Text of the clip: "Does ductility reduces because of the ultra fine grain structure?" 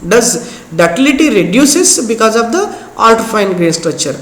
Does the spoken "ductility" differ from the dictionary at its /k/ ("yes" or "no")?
yes